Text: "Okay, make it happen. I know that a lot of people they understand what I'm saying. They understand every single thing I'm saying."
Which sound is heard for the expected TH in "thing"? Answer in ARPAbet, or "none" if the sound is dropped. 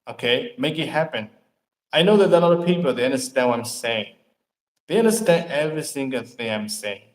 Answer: TH